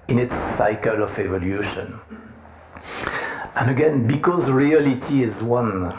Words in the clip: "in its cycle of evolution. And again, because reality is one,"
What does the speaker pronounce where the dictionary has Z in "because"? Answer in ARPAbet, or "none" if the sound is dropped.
Z